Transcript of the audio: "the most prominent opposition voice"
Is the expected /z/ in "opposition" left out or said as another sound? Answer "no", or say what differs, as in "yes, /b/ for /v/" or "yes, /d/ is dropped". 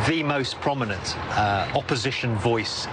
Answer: no